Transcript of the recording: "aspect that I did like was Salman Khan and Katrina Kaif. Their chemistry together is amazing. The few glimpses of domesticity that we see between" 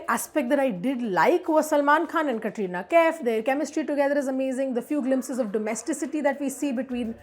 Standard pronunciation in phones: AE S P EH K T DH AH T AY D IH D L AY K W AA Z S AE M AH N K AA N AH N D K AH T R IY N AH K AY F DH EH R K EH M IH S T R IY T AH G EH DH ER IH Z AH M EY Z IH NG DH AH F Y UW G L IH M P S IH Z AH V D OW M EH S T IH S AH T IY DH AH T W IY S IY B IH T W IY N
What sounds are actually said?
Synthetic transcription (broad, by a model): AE S P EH K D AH T AY D IH D L AY K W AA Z S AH M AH N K AA N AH N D K AH T R IY N AH K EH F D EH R K EH M IH S T R IY T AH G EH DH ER IH Z AH M EY Z IH NG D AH F Y UW G L IH M P S IH Z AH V D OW M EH S T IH S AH T IY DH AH T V IY S IY B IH T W IY N